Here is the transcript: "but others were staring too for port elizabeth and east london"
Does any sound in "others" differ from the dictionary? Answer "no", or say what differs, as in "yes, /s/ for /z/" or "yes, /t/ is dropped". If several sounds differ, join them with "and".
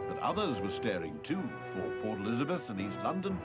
no